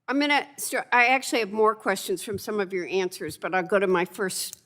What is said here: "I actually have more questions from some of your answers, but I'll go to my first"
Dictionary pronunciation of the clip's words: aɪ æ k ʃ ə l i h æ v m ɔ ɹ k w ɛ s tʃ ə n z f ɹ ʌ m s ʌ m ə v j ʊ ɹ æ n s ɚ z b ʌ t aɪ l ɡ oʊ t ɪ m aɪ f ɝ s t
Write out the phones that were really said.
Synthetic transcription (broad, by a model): aɪ æ k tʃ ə l i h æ v m ɔ ɹ k w ɛ s tʃ ə n z f ɹ ʌ m s ʌ m ə v j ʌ ɹ æ n s ɚ z b ʌ t aɪ l ɡ oʊ t ɪ m aɪ f ɝ s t